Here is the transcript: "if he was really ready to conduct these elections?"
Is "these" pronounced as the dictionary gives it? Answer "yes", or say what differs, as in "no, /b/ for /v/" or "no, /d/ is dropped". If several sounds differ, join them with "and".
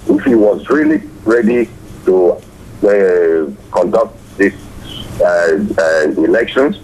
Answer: no, /s/ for /z/